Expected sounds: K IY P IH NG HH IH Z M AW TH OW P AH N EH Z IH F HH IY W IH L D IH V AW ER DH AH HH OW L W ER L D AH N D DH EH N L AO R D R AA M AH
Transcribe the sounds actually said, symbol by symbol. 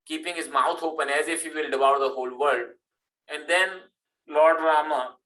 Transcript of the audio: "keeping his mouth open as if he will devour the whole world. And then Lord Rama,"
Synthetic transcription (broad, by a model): K IY P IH NG HH IH Z M AW T OW P AH N EH Z IH F HH IY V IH L D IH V AW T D AH HH OW L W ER L D AH N D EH N L AO R D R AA M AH